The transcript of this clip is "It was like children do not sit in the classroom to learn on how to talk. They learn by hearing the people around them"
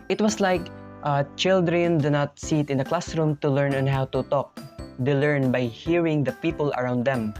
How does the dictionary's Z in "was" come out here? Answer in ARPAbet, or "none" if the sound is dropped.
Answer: S